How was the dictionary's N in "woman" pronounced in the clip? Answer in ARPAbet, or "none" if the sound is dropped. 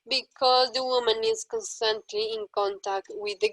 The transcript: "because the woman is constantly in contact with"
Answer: N